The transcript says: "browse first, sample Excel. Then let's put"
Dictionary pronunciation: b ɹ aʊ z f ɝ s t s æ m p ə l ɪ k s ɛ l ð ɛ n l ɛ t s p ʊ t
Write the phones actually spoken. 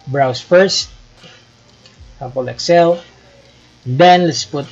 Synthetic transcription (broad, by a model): b ɹ aʊ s f ɝ s t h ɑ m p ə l ɪ k s ɛ l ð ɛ n l ɛ t s p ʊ t